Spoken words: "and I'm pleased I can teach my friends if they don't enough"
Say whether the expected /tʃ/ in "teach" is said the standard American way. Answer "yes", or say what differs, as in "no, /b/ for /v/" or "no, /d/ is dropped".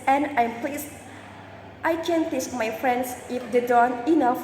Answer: no, /s/ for /tʃ/